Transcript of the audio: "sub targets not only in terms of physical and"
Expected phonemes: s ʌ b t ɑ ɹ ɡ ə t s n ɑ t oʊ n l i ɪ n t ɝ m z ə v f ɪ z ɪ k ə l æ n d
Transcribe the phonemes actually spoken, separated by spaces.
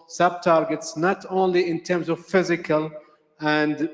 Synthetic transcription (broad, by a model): s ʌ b t ɑ ɹ ɡ ə t s n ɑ t oʊ n l i ɪ n t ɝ m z ə v f ɪ z ɪ k ə l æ n d